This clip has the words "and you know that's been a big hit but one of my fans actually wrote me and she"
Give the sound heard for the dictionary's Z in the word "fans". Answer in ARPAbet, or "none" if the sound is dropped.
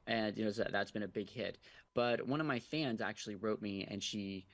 Z